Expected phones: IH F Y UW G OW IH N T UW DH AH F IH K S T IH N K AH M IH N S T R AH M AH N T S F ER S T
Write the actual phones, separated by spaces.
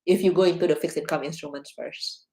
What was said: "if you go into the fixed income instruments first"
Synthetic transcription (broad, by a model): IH F Y UW G OW IH N T UW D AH F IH K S IH N K AH M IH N S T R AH M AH N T S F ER S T